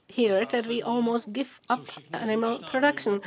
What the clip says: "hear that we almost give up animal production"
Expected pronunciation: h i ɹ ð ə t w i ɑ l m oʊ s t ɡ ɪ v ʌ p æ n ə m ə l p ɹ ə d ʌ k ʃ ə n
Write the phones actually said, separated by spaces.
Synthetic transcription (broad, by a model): h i ɹ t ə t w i ɑ l m oʊ s t ɡ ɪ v ʌ p æ n ə m ə l p ɹ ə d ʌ k ʃ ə n